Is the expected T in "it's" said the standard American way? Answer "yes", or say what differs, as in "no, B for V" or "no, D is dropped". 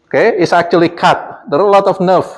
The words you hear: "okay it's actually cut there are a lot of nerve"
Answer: yes